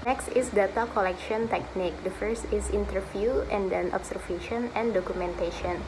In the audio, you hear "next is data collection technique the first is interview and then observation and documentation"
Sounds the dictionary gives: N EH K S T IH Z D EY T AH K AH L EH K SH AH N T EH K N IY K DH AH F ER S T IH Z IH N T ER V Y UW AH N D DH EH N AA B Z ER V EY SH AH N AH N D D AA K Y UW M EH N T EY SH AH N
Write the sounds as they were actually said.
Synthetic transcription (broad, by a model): N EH K S T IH S D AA T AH K AH L EH K SH AH N T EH K N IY K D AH F ER S T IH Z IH N T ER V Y UW AH N D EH N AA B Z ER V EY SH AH N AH N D D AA K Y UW M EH N T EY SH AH N